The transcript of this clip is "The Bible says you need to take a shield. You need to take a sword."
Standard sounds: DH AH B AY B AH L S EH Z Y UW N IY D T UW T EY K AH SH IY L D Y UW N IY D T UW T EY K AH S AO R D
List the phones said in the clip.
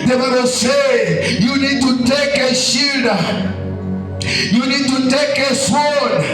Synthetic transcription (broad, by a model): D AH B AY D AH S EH Y UW N IY D T UW T EY K AH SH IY D Y UW N IY D T UW T EY K AH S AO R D